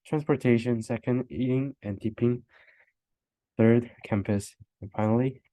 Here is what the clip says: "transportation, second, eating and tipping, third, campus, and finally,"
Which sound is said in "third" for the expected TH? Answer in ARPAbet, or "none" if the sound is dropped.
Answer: TH